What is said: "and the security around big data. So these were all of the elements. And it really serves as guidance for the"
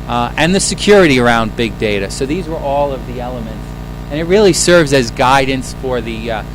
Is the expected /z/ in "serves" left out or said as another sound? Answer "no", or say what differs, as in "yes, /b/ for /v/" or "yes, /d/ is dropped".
no